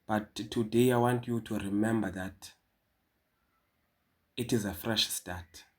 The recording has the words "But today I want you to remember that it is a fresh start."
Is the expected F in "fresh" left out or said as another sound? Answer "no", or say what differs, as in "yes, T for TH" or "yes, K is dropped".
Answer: no